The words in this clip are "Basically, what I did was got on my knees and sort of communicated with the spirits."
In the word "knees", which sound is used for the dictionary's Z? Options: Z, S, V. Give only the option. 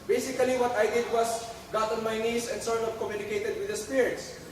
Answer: S